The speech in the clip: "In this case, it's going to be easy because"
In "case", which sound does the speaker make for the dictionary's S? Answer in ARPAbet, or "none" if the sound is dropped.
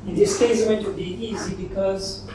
none